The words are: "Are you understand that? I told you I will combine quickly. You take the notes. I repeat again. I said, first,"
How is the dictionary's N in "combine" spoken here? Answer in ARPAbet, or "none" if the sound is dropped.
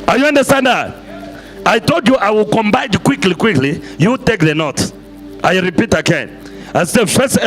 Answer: L